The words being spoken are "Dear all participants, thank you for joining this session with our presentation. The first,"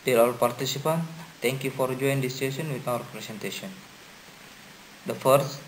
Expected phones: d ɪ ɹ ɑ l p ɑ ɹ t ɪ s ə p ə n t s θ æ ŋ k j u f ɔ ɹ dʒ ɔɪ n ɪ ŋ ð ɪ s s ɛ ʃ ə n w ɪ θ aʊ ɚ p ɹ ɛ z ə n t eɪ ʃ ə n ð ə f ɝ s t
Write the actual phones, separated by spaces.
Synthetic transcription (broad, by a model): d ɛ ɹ ɑ l p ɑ ɹ t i s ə p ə n t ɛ ŋ k j u f ɔ ɹ dʒ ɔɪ ɪ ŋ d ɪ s s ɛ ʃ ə n w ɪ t aʊ ɚ p ɹ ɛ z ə n t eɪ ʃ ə n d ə f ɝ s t